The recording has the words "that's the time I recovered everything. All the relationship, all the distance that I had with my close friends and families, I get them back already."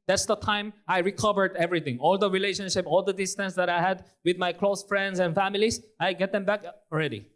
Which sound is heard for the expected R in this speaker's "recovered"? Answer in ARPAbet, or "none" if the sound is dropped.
R